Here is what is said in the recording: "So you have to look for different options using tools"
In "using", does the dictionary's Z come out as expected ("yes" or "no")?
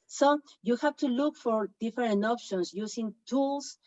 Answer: no